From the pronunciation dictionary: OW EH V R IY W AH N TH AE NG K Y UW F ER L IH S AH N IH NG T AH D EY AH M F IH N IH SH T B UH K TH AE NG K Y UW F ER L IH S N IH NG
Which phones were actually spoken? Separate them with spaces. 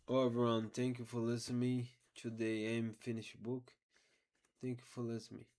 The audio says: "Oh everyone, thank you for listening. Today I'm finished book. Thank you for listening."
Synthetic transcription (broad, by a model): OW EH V IY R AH N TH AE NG K Y UW F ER L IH S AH N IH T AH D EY AH M F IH N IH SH B UH K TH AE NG K Y UW F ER L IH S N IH